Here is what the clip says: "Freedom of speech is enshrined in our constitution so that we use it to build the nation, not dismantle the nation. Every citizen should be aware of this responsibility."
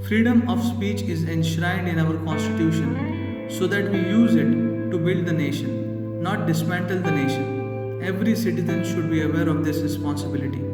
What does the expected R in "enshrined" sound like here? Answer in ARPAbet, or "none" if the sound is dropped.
R